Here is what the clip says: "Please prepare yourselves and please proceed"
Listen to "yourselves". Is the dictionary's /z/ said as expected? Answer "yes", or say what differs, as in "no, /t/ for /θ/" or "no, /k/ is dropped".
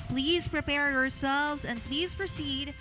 yes